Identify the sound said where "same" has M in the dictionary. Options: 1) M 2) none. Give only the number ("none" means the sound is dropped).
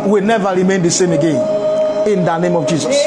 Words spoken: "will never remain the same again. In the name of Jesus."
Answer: 1